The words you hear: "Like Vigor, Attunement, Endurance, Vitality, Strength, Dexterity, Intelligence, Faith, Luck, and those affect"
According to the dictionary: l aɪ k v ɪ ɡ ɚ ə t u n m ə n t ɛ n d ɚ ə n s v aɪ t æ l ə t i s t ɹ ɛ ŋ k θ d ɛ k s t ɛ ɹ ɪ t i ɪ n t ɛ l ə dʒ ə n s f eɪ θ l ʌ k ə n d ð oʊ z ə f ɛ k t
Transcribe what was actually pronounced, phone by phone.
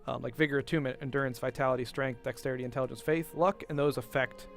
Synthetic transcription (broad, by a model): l aɪ k v ɪ ɡ ɚ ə t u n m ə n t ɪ n d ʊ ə n s v aɪ t æ l ə t i s t ɹ ɛ ŋ k θ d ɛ k s t ɛ ɹ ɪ t i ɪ n t ɛ l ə dʒ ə n s f eɪ θ l ʌ k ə n ð oʊ z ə f ɛ k t